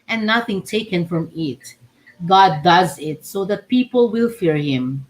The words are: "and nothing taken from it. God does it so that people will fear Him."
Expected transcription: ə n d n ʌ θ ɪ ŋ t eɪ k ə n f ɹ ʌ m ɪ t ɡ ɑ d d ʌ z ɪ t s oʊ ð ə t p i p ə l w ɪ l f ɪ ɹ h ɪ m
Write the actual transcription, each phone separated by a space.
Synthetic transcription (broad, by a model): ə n n ʌ θ ɪ ŋ t eɪ k ə n f ɹ ʌ m ɪ t ɡ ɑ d d ʌ z ɪ t s oʊ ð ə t p i p ə l w ɪ l f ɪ ɹ h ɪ m